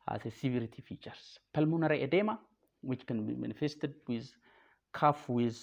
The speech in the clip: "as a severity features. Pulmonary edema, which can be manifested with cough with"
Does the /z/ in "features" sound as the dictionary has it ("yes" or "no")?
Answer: no